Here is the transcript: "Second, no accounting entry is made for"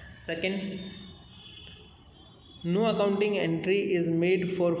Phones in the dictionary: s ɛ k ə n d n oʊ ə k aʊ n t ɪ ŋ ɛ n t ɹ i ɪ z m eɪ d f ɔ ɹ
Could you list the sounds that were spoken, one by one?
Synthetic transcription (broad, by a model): s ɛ k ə n d n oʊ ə k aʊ n t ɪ ŋ ɛ n t ɹ i ɪ z m eɪ d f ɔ ɹ